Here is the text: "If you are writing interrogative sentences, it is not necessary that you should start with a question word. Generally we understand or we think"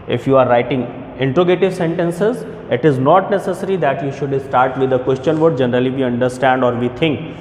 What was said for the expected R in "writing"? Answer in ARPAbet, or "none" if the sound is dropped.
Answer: R